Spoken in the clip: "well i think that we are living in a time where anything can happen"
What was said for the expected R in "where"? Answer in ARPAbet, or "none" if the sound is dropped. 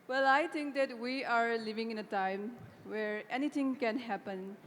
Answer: R